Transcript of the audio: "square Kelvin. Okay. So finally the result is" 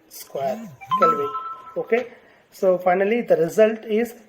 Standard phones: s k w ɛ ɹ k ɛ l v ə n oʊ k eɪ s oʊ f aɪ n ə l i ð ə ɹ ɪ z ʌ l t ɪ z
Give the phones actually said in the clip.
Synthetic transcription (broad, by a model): s k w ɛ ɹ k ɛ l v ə oʊ k eɪ s oʊ f aɪ n ə l i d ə ɹ ɪ z ʌ l t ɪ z